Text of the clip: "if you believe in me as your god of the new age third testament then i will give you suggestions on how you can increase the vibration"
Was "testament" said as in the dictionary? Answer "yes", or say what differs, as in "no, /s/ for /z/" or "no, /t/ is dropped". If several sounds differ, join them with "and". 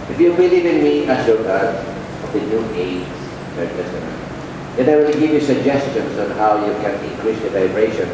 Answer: no, /m/ is dropped